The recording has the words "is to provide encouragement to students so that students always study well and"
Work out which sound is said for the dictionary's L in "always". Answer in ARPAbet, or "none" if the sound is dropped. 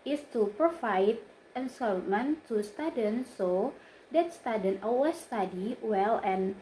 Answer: none